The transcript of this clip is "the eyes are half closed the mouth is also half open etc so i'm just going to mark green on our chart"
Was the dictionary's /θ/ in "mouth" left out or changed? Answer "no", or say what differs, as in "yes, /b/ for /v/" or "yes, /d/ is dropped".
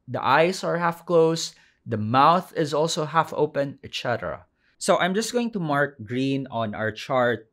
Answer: no